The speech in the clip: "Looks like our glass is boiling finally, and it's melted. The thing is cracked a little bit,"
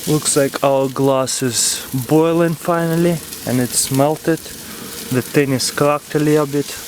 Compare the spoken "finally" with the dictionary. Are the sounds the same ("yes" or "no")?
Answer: yes